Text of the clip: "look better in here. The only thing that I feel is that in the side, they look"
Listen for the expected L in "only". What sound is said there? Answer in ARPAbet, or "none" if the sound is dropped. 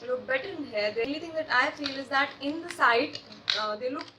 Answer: none